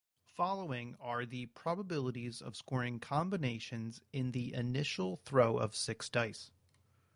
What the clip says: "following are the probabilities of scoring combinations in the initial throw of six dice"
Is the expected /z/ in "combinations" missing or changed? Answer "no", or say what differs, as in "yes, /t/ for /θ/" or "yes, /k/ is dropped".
no